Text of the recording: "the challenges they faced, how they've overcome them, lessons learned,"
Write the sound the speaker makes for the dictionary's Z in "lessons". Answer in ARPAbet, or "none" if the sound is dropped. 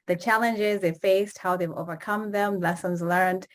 Z